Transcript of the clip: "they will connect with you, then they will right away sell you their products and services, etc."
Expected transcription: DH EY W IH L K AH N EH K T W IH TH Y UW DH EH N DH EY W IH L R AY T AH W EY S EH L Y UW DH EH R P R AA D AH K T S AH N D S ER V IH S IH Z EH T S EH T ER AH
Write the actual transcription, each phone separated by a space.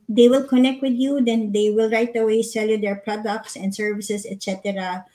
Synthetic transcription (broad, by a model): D EY W IH L K AH N EH K T W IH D Y UW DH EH N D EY W IH L R AY T AH W EY S EH L Y UW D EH R P R AA D AH K T S AH N D S ER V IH S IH S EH T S EH T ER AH